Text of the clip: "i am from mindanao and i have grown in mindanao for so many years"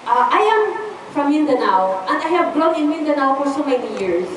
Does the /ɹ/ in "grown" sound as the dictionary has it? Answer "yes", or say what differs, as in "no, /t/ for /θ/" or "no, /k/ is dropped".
no, /l/ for /ɹ/